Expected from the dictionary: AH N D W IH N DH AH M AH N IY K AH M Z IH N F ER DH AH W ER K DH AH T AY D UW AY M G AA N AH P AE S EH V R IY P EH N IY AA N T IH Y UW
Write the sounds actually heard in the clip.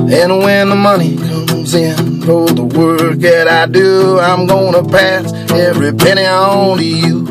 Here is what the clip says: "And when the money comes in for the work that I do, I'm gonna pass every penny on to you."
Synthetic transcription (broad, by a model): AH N W IH N DH AH M AH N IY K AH Z IH N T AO DH AH W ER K DH AH T AY D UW AY M G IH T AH P AE S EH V R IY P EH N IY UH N T IH Y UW